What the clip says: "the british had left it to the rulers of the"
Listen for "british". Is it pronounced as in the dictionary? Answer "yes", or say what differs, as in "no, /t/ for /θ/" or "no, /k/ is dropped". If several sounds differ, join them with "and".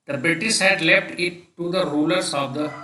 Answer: no, /s/ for /ʃ/